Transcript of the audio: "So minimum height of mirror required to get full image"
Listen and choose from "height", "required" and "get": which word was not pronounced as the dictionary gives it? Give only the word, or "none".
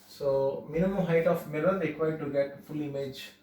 required